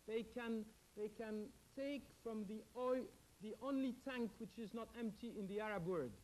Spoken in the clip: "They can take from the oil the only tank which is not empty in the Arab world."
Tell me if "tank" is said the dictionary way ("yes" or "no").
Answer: yes